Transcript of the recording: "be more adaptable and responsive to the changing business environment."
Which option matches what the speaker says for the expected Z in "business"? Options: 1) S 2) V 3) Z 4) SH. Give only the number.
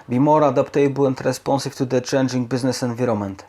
3